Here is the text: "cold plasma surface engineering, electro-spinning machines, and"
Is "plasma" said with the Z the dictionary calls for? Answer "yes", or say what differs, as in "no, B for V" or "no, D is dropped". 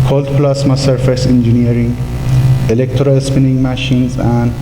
no, S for Z